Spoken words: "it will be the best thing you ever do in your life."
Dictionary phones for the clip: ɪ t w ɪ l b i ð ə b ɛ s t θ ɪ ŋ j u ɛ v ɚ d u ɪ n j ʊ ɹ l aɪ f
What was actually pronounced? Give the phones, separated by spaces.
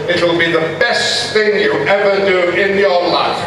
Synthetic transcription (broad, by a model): ɪ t w ɪ l b i ð ə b ɛ s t θ ɪ ŋ j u ɛ v ɚ d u ɪ n j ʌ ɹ l aɪ f